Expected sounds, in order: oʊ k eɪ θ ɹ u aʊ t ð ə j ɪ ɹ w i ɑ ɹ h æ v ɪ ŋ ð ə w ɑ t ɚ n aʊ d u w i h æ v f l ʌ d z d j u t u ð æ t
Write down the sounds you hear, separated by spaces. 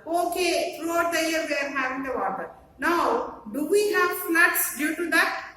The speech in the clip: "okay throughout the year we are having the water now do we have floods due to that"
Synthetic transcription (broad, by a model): oʊ k eɪ f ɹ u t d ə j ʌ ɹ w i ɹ h æ v ɪ ŋ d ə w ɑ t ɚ n aʊ d u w i h æ v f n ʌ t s d j u t u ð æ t